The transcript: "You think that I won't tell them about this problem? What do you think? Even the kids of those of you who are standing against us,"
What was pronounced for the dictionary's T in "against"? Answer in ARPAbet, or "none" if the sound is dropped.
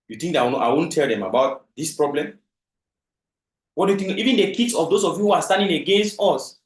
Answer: T